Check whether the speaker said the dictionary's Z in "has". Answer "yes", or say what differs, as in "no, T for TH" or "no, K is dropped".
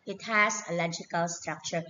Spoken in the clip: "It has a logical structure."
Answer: no, S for Z